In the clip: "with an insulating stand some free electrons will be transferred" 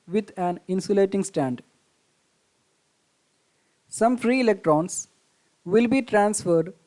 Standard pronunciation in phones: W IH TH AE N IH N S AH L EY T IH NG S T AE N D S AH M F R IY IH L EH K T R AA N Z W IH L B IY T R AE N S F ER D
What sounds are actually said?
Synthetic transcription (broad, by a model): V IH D AE N IH N S AH L EY T IH NG S T AE N D S AH M F R IY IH L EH K T R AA N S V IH L B IY T R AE N S F ER D